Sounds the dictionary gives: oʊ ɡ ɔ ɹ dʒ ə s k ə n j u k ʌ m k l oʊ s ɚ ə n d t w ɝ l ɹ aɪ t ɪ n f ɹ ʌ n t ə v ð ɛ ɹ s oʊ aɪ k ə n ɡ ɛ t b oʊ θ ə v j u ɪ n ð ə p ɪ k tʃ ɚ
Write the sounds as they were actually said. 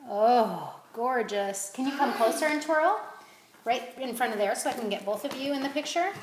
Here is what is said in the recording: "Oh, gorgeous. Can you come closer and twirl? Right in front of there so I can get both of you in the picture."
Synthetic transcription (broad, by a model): oʊ ɡ ɔ ɹ dʒ ə s k ə n j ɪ k ʌ m k l oʊ s ɚ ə n t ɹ l ɹ aɪ t ɪ n f ɹ ʌ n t ə v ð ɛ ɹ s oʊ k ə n ɡ ɛ t b oʊ θ ə v j u ɪ n ð ə p ɪ k tʃ ɚ